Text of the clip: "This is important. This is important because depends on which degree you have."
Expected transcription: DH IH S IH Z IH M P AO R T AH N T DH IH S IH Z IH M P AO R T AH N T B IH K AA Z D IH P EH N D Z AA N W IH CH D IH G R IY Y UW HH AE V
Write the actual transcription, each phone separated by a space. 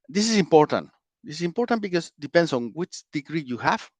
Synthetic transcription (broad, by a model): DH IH S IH S IH M P AO R T AH N T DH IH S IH S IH M P AO R T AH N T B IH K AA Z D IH P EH N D S AA N W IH CH D IH G R IY Y UW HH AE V